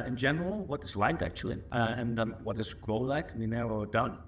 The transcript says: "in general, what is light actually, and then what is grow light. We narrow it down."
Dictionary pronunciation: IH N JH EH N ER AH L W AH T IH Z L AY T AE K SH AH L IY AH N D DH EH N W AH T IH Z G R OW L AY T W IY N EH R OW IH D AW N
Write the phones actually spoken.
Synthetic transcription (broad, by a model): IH N JH EH N ER AH L W AH T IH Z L AY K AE K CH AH L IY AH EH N W AH T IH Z G R OW L AY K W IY N EH R OW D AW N